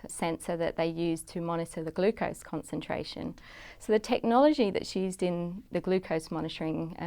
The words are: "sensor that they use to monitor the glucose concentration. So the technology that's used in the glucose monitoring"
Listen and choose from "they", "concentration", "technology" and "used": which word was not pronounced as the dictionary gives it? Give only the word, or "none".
none